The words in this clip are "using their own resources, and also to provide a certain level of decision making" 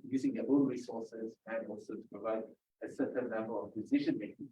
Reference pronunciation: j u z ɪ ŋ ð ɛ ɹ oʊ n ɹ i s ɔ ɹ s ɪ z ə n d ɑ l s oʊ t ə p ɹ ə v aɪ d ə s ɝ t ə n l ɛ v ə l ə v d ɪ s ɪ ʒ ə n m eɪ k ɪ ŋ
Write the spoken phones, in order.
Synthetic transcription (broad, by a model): j u z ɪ ŋ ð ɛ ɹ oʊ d ɹ i s ɔ ɹ s ɪ z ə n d ɑ l s oʊ t ə p ɹ ə v aɪ d ə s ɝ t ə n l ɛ b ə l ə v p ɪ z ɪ ʃ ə n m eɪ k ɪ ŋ